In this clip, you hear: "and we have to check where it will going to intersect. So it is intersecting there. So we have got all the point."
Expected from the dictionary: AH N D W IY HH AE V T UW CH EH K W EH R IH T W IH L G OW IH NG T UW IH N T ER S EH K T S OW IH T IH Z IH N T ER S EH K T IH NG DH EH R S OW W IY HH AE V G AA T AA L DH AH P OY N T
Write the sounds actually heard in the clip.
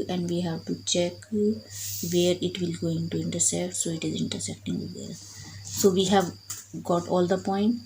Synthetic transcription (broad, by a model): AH N D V IY HH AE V T UW CH EH K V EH R IH T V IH L G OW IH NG T UW IH N T ER S EH K T S OW IH T IH Z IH N T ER S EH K T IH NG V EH L S OW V IY HH AE V G AA T AA L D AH P OY N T